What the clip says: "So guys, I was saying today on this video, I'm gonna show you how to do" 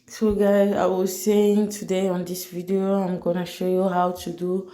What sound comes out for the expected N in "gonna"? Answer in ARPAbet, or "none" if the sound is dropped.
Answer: N